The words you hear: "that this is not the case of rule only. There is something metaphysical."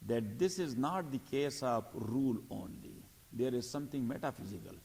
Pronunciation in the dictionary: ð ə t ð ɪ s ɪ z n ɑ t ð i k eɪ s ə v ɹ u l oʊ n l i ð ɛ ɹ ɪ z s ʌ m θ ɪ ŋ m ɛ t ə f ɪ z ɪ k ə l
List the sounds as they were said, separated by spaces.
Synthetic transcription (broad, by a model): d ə t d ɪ s ɪ z n ɑ t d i k eɪ s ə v ɹ u l oʊ n l i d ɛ ɹ ɪ z s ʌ m t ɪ ŋ m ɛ t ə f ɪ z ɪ k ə l